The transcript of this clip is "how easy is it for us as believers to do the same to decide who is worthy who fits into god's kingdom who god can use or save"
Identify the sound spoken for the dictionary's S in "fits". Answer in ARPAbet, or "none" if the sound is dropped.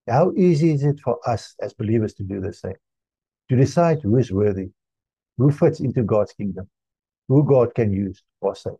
S